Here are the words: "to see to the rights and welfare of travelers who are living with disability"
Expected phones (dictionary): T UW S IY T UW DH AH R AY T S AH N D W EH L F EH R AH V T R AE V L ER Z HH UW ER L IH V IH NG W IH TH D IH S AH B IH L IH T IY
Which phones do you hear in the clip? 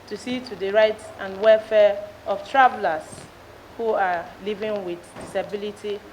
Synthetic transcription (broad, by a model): T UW S IY T UW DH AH R AY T AH N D W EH L F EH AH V T R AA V L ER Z HH UW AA L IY V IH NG W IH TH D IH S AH B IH L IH T IY